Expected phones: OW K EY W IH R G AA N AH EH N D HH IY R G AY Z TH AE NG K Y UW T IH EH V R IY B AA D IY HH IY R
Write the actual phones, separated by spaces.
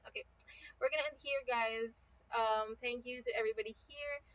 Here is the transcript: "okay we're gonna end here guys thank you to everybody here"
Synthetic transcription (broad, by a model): OW K EY W IH R G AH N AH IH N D HH IY R G AY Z TH AE NG K Y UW T IH EH V R IY B AA D IY HH IY R